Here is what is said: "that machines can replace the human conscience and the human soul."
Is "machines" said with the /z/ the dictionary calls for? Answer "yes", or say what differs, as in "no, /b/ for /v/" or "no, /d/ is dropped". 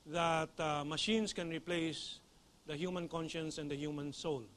no, /s/ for /z/